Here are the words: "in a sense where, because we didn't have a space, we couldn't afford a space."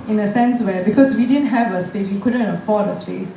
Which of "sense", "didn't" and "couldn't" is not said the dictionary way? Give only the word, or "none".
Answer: none